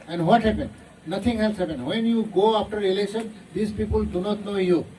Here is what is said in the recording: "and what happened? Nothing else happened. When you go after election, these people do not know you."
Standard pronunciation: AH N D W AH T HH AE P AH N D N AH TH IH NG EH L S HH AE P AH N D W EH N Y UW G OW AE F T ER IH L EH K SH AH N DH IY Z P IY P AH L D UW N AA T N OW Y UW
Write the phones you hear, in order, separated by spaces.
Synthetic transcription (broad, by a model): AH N D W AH T HH AE P AH N D N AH T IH NG EH L S HH AE P AH N D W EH N Y UW G OW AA F T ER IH L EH SH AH N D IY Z P IY P AH L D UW N AA T N OW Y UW